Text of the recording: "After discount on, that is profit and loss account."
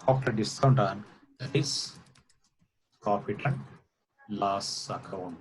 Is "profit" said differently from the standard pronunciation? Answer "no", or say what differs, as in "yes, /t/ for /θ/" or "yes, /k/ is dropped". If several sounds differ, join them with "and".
yes, /p/ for /f/